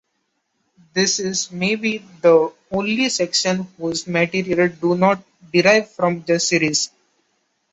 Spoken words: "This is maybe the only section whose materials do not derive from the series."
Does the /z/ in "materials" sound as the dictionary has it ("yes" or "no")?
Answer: no